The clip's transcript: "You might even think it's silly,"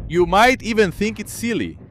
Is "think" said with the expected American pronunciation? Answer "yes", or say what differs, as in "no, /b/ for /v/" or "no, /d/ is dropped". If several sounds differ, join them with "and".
yes